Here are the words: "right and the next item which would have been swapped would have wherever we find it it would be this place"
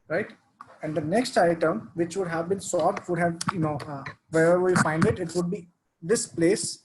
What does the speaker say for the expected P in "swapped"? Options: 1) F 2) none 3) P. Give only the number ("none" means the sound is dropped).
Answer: 2